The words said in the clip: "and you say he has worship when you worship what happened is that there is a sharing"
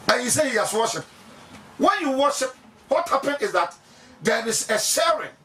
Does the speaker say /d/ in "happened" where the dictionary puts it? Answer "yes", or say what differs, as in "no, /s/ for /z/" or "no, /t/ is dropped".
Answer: no, /d/ is dropped